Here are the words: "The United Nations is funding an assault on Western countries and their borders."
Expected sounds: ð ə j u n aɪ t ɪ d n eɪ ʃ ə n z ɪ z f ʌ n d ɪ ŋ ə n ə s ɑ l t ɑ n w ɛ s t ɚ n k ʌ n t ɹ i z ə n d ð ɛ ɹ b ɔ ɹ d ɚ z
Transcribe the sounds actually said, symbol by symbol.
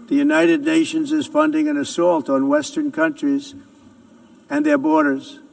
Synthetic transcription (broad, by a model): ð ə j u n aɪ t ɪ d n eɪ ʃ ə n z ɪ z f ʌ n d ɪ ŋ ə n ə s ɑ l t n w ɛ s t ɚ n k ʌ n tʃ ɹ i z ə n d ð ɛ ɹ b ɔ ɹ d ɚ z